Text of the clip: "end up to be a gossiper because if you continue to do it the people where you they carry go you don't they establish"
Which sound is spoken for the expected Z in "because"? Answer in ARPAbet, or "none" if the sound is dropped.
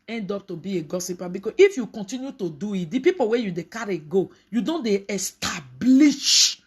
none